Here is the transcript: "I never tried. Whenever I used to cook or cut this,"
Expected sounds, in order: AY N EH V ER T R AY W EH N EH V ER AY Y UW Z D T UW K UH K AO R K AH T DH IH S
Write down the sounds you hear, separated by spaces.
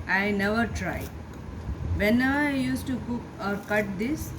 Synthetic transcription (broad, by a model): AY N EH V ER T R AY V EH N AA UH AY Y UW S T UW K UH K AO R K AH T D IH S